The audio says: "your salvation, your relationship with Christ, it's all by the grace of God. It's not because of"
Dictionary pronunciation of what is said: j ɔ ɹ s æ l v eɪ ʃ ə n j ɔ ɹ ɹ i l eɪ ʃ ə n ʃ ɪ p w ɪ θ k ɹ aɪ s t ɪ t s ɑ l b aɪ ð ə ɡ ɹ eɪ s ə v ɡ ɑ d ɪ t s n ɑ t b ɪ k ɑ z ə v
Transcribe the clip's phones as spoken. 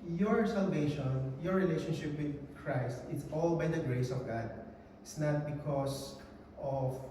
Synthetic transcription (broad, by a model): j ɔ ɹ s æ l v eɪ ʃ ə n j ɔ ɹ ɹ i l eɪ ʃ ə n ʃ ɪ p w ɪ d k ɹ aɪ s t ɪ t s ɑ l b aɪ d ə ɡ ɹ eɪ s ə v ɡ ɑ d ɪ t s n ɑ t b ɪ k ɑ s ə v